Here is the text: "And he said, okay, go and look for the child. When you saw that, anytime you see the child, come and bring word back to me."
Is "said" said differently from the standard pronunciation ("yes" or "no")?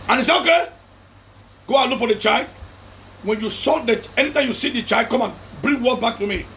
yes